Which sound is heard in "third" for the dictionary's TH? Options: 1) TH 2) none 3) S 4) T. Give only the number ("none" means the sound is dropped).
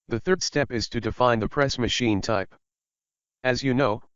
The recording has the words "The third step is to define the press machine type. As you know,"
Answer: 1